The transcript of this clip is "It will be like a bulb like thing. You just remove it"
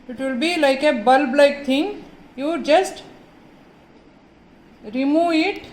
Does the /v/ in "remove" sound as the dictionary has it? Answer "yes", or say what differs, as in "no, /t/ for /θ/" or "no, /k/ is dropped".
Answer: no, /v/ is dropped